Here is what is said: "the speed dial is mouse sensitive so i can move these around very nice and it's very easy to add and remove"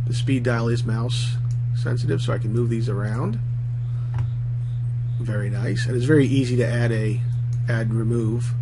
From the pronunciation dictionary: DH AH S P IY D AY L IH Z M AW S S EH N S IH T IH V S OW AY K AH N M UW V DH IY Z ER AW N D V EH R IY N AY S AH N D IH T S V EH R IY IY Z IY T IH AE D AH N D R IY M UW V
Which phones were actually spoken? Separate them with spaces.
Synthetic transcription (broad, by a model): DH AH S P IY D AY L IH Z M AW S S EH N S IH T IH V S OW AY K N M UW V DH IY Z ER AW N D V EH R IY N AY S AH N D IH T S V EH R IY IY Z IY T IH AE D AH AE D R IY M UW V